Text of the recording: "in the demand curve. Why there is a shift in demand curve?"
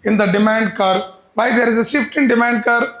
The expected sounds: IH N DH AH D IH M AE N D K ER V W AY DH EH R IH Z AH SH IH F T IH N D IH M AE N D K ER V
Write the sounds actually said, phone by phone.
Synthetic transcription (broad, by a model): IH N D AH D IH M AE N D K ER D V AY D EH R IH Z AH S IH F T IH N D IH M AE N D K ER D